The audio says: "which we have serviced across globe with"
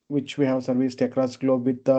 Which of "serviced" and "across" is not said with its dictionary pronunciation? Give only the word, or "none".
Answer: none